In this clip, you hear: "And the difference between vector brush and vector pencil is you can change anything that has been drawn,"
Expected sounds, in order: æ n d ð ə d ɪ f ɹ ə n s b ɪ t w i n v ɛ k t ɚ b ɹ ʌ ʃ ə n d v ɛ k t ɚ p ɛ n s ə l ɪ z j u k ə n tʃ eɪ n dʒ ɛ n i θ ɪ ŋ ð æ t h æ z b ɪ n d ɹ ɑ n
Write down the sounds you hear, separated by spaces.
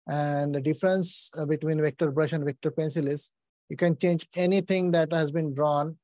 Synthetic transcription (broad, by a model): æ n d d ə d ɪ f ɹ ə n s b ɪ t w i n v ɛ k t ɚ b ɹ ʌ ʃ ə n d v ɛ k t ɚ p ɛ n s ə l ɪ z j u k ə n tʃ eɪ n dʒ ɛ n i t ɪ ŋ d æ t h æ z b ɪ n d ɹ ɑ n